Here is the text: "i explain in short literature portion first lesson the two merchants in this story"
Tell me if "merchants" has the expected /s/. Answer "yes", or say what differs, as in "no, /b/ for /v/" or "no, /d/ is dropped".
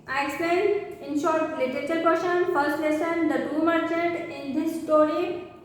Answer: no, /s/ is dropped